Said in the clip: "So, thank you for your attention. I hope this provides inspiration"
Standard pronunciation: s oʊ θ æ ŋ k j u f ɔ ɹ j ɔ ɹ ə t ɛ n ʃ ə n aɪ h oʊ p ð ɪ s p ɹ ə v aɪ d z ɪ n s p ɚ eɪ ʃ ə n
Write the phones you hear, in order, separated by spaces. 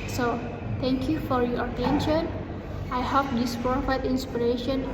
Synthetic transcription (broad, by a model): s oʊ t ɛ ŋ k j u f ɔ ɹ j ɔ ɹ ə t ɛ n ʃ ə n aɪ h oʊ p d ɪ s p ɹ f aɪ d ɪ n s p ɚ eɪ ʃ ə n